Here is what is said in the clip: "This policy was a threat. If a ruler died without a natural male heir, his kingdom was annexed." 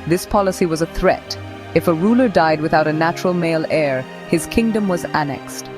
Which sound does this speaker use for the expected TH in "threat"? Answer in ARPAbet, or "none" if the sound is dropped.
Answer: TH